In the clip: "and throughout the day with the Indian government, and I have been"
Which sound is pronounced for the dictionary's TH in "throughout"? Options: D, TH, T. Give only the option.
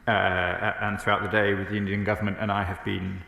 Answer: TH